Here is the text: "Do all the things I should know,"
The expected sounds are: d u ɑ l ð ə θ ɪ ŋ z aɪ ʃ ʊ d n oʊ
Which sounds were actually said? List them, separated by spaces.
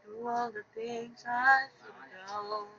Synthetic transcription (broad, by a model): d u ɑ l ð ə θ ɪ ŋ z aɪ s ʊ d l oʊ